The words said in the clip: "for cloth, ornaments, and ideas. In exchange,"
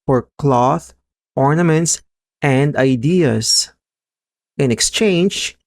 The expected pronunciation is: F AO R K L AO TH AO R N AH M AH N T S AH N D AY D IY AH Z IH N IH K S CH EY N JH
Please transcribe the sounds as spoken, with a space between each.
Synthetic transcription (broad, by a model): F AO R K L AO TH AO R N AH M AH N T S AH N D AY D IY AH S IH N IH K S CH EY N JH